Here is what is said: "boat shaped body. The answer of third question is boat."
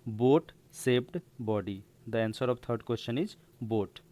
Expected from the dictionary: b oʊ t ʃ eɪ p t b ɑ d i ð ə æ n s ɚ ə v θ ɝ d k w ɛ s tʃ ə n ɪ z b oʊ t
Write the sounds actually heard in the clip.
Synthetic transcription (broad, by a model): b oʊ t s eɪ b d b ɑ d i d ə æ n s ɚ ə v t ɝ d k w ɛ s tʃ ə n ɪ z b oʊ t